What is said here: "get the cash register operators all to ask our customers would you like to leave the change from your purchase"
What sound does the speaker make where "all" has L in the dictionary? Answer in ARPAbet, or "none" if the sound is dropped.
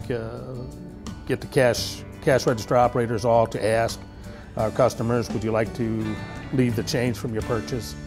L